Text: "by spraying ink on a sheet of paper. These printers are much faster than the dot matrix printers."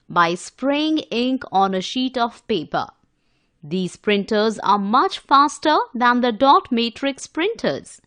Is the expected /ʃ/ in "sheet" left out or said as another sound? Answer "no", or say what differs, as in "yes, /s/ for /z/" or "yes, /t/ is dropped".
no